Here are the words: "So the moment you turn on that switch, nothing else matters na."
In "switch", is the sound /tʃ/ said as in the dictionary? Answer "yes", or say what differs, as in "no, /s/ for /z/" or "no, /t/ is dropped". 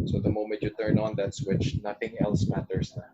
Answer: yes